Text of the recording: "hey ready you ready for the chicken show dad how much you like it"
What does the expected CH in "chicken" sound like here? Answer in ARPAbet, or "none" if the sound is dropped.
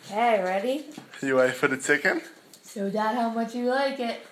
S